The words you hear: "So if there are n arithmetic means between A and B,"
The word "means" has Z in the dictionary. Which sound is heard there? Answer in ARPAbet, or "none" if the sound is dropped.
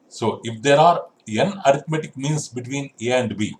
S